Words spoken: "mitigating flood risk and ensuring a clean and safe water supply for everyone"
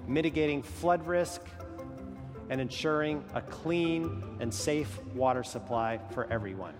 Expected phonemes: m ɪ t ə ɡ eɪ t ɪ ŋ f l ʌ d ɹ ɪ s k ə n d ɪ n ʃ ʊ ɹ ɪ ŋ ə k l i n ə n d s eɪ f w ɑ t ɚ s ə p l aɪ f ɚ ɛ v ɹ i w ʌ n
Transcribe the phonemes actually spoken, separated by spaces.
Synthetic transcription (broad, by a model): m ɪ t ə ɡ eɪ t ɪ ŋ f l ʌ d ɹ ɪ s k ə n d ɪ n ʃ ʊ ɹ ɪ ŋ ə k l i n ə n s eɪ f w ɑ t ɚ s ə p l aɪ f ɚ ɛ v ɹ i w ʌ n